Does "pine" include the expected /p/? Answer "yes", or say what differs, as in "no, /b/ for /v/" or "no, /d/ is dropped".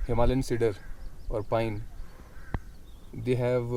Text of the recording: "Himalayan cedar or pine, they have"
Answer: yes